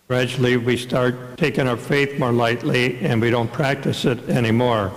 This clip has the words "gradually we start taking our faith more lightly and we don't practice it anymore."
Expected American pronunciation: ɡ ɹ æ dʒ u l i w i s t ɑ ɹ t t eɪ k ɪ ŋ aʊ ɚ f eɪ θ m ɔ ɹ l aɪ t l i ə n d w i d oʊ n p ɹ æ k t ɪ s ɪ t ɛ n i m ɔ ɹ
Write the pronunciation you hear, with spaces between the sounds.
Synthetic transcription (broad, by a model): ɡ ɹ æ dʒ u l i w i s t ɑ ɹ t t eɪ k ɪ ŋ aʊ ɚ f eɪ θ m ɔ ɹ l aɪ t l i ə n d w i d oʊ n p ɹ æ k t ɪ s ɪ t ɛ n i m ɔ ɹ